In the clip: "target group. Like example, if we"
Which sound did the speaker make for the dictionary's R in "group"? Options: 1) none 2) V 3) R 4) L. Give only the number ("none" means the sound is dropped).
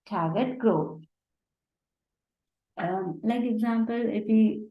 1